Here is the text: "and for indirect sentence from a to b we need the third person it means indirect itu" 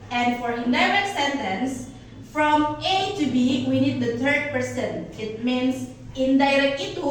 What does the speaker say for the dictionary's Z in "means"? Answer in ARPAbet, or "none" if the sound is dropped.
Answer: S